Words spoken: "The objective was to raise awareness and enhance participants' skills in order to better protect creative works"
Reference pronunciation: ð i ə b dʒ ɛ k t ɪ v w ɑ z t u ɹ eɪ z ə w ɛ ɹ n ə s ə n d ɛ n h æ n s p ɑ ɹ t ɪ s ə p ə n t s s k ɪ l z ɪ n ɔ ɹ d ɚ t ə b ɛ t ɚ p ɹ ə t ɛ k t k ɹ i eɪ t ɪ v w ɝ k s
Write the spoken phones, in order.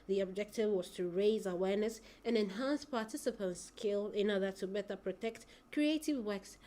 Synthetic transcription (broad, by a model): ð i ə b dʒ ɛ k t ɪ v w ɑ z t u ɹ eɪ z ə w ɛ ɹ n ə s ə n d ɛ n h æ n s p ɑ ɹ t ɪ s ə p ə n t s s k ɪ l ɪ n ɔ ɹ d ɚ t ə b ɛ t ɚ p ɹ ə t ɛ k t k ɹ i eɪ t ɪ v w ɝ k s